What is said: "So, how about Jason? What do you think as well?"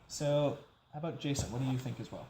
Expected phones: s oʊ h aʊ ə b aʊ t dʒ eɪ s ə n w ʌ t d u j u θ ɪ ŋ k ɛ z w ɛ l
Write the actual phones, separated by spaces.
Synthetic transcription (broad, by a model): s oʊ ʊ ə b aʊ t dʒ eɪ s ə n w ʌ t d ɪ j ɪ θ ɪ ŋ k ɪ z w ɛ l